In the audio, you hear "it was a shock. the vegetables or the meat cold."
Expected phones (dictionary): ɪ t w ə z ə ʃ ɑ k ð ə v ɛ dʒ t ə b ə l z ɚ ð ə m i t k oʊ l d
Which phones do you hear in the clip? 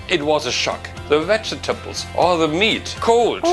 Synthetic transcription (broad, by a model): ɪ t w ə z ə ʃ ɑ k ð ə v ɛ tʃ t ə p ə l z ɚ ð ə m i t k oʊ l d